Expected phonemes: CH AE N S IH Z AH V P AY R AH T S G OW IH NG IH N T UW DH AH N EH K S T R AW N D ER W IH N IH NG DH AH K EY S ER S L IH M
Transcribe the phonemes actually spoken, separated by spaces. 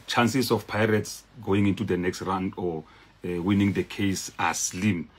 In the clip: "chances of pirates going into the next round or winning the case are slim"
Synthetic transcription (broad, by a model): CH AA N S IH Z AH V P AY R AH T S G OW IH NG IH N T UW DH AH N EH K S T R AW N D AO W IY N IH NG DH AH K EY S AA S L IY M